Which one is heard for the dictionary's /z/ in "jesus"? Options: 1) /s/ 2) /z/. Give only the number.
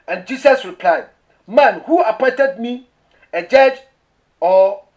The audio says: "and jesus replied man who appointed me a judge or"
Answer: 1